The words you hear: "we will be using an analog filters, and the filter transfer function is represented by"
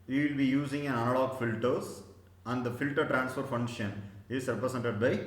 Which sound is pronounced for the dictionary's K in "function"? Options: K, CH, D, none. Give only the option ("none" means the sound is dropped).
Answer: none